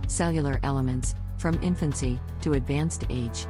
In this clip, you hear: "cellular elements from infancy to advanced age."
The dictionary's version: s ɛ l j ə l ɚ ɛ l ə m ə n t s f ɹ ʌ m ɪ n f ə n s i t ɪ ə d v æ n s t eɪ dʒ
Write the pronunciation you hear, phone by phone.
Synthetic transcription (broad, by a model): s ɛ l j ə l ɚ ɛ l ə m ə n t s f ɹ ʌ m ɪ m f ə n s i t ɪ ə d v æ n s t eɪ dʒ